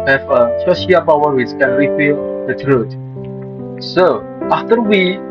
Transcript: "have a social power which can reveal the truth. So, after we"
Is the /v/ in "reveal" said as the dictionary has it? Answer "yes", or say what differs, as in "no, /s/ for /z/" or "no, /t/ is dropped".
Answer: no, /f/ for /v/